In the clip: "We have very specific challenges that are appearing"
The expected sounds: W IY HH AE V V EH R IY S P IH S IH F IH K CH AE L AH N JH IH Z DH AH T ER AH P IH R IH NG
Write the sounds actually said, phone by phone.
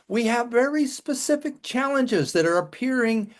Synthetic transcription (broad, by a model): W IY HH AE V V EH R IY S P IH S IH F IH K CH AE L AH N JH IH Z DH AH T ER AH P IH R IH NG